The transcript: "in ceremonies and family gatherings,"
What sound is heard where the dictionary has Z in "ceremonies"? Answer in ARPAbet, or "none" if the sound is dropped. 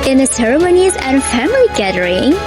Z